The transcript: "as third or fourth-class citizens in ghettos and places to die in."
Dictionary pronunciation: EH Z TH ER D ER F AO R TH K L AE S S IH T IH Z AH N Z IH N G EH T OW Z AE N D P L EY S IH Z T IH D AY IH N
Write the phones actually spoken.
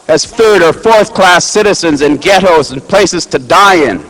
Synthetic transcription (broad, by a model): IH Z TH ER D ER F AO R TH K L AE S S IH T IH Z AH N Z IH N G EH T OW Z N P L EY S IH Z T IH D AY IH N